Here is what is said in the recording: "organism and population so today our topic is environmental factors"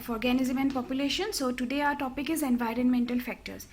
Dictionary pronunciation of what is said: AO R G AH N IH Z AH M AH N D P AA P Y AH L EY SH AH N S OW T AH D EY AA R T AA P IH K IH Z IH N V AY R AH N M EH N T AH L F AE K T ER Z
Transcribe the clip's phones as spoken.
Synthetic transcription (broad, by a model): AO R G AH N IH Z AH M AH N D P AA P Y AH L EY SH AH N S OW T AH D EY AA R T AA P IH K IH Z IH N V AY R AH N M EH N T AH L F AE K T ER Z